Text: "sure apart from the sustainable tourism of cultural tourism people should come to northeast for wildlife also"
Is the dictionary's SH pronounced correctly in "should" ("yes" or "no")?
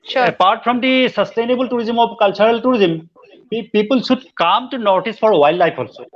no